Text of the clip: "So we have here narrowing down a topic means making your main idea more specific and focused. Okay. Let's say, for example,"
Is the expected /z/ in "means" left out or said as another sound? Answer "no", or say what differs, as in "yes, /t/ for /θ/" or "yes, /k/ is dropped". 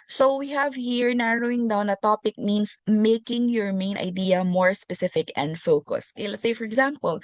yes, /s/ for /z/